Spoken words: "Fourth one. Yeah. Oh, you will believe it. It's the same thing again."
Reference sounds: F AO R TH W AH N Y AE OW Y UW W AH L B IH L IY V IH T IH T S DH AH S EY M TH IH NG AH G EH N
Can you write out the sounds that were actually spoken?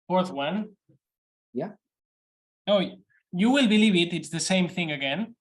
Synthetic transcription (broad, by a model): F AO R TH W AH N Y AE OW Y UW W AH L B IH L IY V IH T IH T S DH AH S EY M TH IH NG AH G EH N